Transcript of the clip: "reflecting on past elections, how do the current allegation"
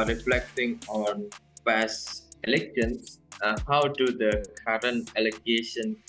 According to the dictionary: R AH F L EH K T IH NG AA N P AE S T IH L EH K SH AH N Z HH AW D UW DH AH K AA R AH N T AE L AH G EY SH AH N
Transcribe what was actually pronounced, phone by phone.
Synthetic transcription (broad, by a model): R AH F L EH K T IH NG AA N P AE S IH L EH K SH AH N S HH AW D UW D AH K AA R AH N T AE L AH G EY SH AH N